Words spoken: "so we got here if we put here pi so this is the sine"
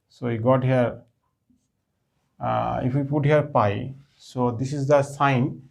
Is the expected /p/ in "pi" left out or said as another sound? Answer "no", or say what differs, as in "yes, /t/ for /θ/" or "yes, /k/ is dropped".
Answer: no